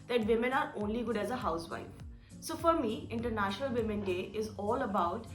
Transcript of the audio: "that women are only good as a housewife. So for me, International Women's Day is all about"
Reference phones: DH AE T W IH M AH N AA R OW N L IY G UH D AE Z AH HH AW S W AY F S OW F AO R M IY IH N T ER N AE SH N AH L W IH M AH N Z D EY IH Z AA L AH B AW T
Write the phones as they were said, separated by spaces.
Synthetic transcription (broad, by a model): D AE T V IH M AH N AA R OW N L IY G UH D AE Z AH HH AW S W AY F S OW F AO R M IY IH N T ER N AE SH N AH L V IH M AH N D EY IH Z AA L AH B AW T